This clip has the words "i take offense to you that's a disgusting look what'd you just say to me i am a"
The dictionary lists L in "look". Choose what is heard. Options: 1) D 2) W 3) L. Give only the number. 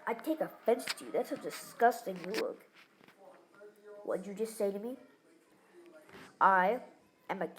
2